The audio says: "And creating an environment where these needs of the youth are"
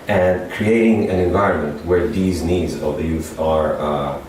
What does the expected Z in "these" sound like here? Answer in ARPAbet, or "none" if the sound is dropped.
Z